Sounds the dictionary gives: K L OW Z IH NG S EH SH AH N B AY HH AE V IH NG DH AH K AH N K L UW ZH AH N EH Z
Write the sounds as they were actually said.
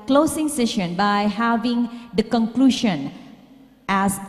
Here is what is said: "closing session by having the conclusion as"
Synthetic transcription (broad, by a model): K L OW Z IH NG S EH SH AH N B AY HH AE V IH NG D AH K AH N K L UW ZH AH N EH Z